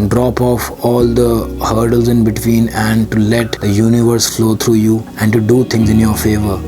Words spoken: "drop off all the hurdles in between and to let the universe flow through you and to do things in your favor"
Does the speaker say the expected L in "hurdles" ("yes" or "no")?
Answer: yes